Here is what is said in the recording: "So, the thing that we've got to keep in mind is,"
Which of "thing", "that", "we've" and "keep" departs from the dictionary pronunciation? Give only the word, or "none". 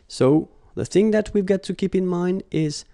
none